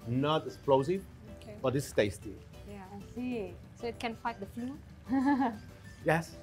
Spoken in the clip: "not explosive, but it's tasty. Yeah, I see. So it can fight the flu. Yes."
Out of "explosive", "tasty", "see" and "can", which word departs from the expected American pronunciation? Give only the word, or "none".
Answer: explosive